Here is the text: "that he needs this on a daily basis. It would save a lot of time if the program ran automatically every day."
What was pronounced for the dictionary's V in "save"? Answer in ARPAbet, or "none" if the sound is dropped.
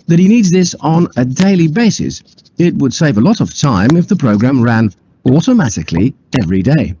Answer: V